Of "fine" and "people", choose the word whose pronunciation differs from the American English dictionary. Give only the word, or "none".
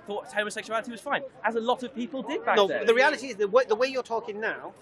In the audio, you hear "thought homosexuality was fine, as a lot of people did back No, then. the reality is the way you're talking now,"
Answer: none